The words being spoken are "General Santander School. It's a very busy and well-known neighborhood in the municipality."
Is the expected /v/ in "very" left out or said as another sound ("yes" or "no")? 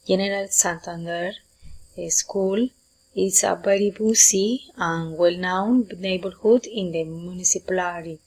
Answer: yes